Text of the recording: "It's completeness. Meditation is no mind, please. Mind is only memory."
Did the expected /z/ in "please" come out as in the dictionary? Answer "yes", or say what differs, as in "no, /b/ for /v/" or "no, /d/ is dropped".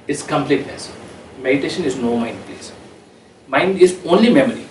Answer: no, /s/ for /z/